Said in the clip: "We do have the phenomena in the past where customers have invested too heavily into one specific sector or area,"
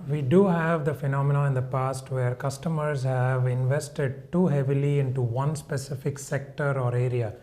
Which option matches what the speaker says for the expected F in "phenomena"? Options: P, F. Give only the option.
F